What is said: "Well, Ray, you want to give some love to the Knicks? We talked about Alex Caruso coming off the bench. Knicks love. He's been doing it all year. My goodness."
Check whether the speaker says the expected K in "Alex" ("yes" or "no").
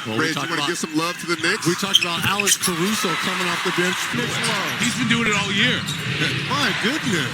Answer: no